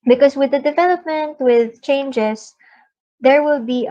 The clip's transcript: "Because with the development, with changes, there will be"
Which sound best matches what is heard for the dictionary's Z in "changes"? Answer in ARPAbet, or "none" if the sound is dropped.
S